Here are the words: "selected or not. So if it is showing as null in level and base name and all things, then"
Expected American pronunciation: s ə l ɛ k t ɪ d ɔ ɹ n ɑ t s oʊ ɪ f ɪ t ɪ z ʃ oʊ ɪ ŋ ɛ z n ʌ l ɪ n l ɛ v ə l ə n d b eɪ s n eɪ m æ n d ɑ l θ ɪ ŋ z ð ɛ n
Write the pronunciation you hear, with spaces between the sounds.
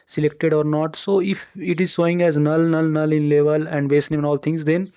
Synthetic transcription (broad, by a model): s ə l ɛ k t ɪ d ɔ ɹ n ɑ t s oʊ ɪ f ɪ t ɪ z s oʊ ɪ ŋ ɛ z n ʌ l ɪ n l ɛ v ə l ə n d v eɪ s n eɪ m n ɑ l t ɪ ŋ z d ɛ n